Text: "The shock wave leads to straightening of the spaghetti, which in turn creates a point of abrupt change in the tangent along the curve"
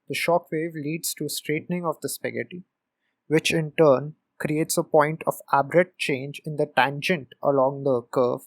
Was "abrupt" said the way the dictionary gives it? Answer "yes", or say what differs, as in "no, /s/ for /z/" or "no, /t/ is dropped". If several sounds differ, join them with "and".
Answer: no, /p/ is dropped